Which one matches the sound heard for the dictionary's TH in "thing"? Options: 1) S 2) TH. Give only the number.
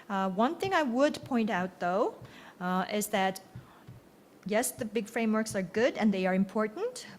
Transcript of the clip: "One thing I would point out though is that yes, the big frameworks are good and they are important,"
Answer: 2